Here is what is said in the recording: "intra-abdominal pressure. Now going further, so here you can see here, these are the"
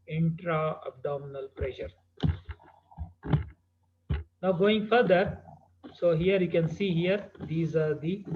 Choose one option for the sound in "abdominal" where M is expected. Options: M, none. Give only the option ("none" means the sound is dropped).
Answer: M